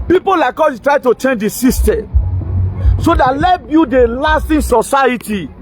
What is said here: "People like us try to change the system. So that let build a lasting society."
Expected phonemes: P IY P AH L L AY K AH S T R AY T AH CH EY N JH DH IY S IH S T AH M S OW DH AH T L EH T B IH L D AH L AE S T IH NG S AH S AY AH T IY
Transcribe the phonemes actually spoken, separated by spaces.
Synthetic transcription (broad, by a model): P IY P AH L L AY K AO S T R AY T AH CH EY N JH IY S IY S T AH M S OW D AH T L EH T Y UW D AH L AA S T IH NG S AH S AY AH T IY